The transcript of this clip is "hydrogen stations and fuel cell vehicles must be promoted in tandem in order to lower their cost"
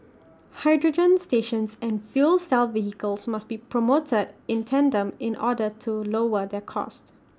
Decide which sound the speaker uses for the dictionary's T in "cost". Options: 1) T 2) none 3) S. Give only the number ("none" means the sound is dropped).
1